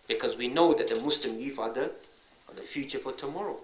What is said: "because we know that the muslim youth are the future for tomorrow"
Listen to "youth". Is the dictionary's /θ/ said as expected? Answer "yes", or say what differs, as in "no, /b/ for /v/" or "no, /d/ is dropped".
no, /f/ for /θ/